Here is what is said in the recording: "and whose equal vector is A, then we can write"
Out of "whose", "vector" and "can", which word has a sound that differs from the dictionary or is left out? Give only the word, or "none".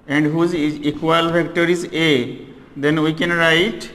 vector